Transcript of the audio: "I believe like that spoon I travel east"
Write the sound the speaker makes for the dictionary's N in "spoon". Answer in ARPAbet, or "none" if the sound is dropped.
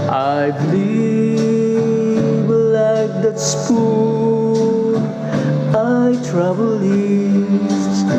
none